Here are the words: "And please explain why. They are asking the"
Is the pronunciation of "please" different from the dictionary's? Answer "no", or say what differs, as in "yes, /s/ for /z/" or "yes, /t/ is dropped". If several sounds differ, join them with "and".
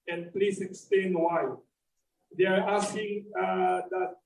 yes, /s/ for /z/